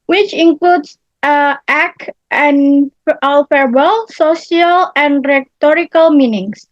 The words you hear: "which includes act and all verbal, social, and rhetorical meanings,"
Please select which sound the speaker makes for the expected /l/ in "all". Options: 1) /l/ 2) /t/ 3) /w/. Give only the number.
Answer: 1